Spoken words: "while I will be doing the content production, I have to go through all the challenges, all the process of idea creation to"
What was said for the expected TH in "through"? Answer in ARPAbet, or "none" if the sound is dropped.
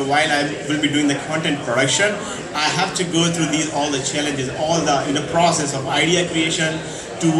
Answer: T